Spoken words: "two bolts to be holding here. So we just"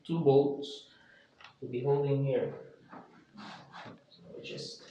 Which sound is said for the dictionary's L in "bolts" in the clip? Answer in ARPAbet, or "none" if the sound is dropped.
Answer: none